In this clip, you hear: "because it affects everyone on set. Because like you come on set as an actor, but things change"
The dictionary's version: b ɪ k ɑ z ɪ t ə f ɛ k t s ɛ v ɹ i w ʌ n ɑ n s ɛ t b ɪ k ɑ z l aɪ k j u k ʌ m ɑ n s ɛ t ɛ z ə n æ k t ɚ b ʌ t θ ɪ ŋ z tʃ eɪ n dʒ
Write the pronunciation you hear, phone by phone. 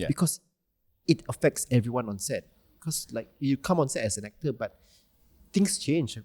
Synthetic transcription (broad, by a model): b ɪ k ɑ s ɪ t ə f ɛ k t s ɛ v ɹ i w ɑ n ɑ n s ɛ t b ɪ k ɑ s l aɪ k j u k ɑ m ɑ n s ɛ t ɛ s ə n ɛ k t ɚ b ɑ t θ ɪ ŋ s tʃ eɪ n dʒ